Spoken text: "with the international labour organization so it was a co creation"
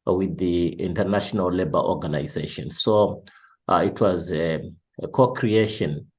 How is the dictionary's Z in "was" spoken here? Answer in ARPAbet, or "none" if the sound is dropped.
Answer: Z